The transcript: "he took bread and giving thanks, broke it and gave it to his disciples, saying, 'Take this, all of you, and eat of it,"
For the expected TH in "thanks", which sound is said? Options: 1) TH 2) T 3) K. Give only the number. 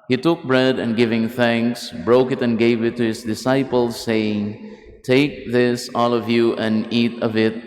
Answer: 1